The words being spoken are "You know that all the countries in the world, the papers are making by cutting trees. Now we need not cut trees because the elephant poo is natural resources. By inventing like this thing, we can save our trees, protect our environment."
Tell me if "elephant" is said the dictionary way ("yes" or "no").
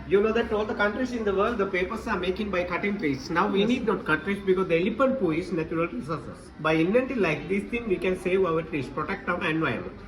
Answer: no